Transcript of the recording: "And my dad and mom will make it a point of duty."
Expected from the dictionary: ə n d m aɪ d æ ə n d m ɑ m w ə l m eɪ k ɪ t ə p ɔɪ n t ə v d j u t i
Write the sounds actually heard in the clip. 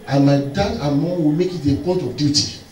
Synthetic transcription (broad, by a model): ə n m aɪ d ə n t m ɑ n w ə l m eɪ k ɪ t ə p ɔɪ t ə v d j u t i